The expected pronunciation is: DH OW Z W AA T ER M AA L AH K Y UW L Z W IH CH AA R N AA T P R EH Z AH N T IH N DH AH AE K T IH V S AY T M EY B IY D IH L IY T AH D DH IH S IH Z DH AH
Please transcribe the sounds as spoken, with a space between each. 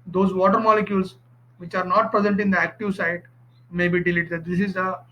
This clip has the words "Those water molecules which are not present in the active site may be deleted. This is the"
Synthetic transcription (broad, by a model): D OW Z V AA T ER M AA L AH K Y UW L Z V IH CH AA R N AA T P R EH Z AH N T IH N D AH AE K T IH V S AY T M EY B IY D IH L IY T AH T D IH S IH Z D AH